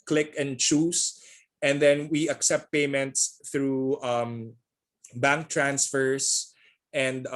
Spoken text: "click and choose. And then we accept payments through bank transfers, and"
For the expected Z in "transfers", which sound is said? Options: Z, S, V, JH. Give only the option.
S